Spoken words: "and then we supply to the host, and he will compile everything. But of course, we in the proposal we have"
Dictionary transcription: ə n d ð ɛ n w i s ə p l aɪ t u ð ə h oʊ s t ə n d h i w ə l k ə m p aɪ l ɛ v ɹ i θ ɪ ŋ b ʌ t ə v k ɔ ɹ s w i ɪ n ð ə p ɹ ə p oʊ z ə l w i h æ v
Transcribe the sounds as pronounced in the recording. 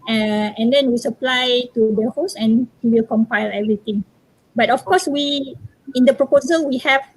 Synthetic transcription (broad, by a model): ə n d ɛ n w i s ə p l aɪ t u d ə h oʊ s ə n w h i w ə l k ə m p aɪ l ɛ v ɹ i t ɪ ŋ b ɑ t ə f k ɔ s w i ɪ n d ə p ɹ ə p oʊ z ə l w i h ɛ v